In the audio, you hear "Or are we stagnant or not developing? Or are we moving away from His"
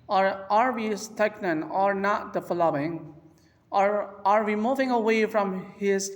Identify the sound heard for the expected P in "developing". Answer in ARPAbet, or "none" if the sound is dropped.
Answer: none